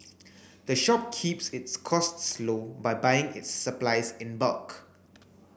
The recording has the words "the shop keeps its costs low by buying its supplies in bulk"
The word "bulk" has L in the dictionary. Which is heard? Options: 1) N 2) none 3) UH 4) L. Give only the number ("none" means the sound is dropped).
4